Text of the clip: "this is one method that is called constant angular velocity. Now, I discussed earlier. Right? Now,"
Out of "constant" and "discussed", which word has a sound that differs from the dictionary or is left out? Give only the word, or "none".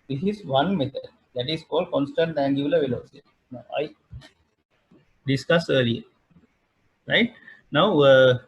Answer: discussed